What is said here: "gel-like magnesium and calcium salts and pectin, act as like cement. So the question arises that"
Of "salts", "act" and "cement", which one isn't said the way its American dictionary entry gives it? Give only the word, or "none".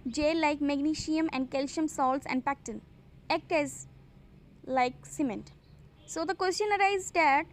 act